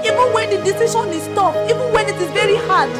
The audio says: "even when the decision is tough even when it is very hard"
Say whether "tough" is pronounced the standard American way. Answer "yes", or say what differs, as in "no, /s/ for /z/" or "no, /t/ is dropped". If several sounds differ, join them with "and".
no, /p/ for /f/